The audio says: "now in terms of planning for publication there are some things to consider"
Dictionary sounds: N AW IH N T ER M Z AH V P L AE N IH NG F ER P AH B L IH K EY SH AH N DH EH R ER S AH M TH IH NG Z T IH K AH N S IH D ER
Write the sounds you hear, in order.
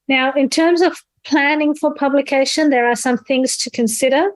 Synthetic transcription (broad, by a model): N AW IH N T ER M Z AH V P L AE N IH NG F ER P AH B L IH K EY SH AH N DH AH R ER S AH M TH IH NG Z T IH K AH N S IH D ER